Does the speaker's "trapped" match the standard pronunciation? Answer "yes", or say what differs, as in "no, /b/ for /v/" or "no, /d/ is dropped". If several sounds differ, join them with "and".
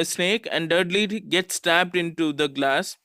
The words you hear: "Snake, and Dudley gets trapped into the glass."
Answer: no, /ɹ/ is dropped